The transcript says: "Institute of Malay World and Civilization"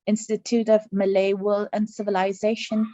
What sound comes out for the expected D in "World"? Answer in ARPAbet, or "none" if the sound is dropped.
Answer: none